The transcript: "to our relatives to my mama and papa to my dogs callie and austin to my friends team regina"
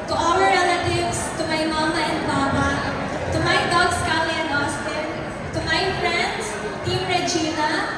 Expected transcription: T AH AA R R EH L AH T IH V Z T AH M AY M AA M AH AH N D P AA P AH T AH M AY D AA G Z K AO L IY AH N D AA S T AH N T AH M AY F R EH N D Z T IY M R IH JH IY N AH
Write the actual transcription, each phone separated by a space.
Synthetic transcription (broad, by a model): T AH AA W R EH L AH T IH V S T AH M AY M AA M AH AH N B AA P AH T AH M AY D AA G S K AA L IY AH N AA S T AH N T AH M AY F R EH N D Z T IY M R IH JH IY N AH